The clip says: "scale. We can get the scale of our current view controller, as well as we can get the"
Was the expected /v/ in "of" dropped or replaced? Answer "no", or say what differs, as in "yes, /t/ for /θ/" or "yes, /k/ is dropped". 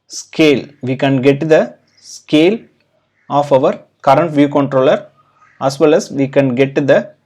no